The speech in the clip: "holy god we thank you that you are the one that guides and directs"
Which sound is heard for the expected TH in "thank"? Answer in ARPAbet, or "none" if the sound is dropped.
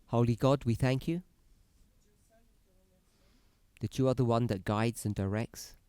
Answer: TH